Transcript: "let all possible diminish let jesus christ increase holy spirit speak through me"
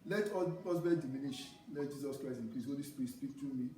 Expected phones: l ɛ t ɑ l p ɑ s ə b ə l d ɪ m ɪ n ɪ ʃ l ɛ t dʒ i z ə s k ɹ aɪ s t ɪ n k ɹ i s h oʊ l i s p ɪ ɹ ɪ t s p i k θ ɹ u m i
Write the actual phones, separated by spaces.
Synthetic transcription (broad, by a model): l ɛ t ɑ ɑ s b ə n d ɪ m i n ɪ ʃ l ɛ t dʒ i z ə s k ɹ aɪ s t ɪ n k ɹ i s h oʊ l i s p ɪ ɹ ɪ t s p i k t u m i